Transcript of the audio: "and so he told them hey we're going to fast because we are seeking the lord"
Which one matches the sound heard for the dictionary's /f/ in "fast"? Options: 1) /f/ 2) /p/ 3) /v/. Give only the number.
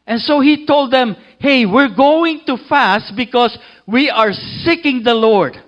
1